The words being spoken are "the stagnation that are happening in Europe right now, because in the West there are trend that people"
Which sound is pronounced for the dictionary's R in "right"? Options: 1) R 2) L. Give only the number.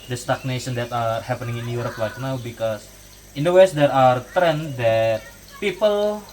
2